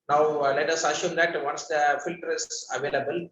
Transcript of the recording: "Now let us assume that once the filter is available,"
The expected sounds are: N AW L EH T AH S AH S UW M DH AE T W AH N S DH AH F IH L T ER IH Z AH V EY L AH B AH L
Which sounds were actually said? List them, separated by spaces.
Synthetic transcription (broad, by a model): N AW L EH T AH S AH SH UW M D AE T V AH N S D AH F IH L T ER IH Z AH V EY L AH B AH L